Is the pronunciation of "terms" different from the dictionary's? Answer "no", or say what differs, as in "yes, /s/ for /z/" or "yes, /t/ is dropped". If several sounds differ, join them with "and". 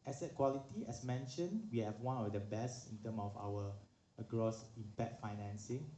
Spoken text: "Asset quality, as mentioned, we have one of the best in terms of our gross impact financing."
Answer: yes, /z/ is dropped